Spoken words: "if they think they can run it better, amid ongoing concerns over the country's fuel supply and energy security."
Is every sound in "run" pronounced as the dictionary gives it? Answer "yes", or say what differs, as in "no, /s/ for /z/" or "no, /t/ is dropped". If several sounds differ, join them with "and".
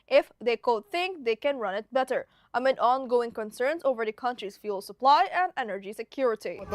yes